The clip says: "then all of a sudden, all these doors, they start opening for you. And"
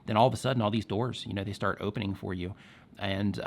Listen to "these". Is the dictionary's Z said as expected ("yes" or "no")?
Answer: yes